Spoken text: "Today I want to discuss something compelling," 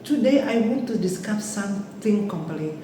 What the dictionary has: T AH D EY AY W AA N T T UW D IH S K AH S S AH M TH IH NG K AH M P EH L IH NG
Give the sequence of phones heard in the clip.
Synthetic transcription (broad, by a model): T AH D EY AY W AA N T T UW D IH S K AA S S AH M T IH NG K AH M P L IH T